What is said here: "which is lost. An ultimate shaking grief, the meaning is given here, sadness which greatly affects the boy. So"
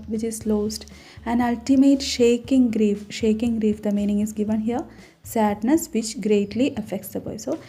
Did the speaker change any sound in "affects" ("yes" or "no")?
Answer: no